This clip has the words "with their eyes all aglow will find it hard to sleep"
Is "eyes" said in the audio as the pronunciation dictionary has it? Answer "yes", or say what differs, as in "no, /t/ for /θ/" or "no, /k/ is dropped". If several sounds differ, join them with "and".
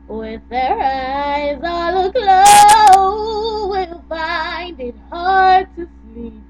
yes